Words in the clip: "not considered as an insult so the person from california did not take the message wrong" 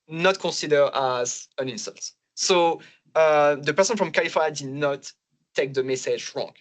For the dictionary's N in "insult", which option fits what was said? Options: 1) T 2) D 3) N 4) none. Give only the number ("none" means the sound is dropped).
3